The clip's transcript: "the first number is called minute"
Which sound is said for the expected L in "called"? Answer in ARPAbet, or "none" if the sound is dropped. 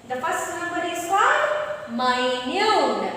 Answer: none